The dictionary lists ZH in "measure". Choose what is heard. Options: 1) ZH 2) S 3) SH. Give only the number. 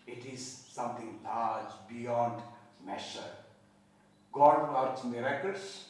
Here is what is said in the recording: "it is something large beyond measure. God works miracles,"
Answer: 3